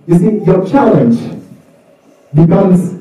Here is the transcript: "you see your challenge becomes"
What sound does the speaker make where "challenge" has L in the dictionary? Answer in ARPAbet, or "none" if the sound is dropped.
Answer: L